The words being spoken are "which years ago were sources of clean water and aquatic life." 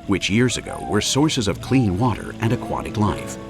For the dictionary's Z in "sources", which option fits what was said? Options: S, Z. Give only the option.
Z